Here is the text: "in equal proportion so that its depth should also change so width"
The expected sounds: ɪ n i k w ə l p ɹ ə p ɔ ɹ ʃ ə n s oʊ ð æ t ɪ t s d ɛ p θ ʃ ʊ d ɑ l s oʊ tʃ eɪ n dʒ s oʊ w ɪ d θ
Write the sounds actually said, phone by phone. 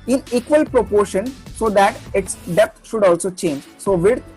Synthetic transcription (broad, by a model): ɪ n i k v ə l p ɹ ə p ɔ ɹ ʃ ə n s oʊ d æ t ɪ t s d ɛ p t ʃ ʊ d ɑ l s oʊ tʃ eɪ n dʒ s oʊ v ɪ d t